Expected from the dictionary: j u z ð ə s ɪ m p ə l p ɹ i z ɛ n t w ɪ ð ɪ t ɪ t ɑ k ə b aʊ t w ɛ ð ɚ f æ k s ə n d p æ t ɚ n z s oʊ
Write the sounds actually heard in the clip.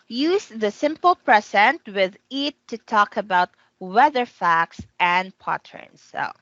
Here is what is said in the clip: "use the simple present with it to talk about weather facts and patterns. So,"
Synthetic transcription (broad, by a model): j u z ð ə s ɪ m p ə l p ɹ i s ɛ n t w ɪ ð ɪ t ɪ t ɑ k ə b aʊ t w ɛ ð ɚ f æ k s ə n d p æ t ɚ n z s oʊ